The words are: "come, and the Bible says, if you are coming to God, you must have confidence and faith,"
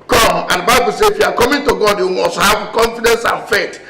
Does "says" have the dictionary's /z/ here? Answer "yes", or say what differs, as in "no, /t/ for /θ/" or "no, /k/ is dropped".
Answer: no, /z/ is dropped